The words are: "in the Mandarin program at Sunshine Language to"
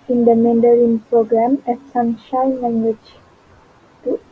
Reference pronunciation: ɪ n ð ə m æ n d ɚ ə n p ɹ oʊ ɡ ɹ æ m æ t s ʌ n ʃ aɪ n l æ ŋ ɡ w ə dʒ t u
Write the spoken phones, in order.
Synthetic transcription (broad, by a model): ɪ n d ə m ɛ n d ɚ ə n p ɹ oʊ ɡ ɹ æ m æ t s ʌ n ʃ aɪ n l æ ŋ ɡ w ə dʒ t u